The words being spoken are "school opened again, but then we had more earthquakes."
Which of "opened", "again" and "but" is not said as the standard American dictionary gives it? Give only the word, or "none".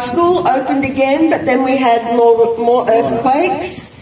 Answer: none